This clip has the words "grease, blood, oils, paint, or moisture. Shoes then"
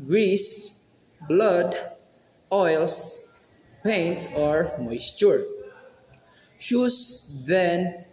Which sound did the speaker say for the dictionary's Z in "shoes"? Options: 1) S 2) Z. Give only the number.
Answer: 1